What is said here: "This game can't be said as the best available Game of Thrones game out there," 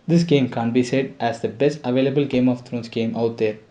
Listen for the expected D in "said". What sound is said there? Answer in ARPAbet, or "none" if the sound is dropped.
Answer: D